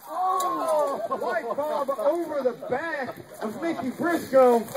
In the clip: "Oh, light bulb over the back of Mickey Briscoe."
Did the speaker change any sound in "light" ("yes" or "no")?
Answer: yes